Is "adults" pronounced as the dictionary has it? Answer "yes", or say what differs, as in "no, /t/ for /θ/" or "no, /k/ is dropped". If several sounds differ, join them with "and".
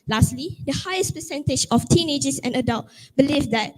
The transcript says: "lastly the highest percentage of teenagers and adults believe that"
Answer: no, /s/ is dropped